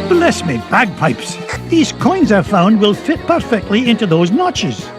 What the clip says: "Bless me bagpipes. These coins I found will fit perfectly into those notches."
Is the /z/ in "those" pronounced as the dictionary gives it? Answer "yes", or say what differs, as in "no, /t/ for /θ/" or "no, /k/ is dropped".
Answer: yes